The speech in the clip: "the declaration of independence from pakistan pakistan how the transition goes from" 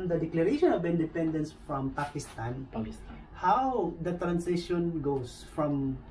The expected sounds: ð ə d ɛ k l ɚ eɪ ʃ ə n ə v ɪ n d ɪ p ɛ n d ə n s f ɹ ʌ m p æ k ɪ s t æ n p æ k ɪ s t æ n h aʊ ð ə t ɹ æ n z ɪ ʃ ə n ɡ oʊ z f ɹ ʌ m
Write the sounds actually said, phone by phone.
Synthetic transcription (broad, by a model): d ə d ɛ k l ɚ eɪ ʃ ə n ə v ɪ n d ɪ p ɛ n d ə n s f ɹ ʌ m p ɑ k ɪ s t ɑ n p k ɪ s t h aʊ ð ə t ɹ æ n s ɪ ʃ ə n ɡ oʊ s f ɹ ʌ m